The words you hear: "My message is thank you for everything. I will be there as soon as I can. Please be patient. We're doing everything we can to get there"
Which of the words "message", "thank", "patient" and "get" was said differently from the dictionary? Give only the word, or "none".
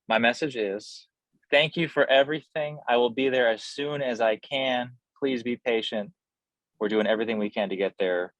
none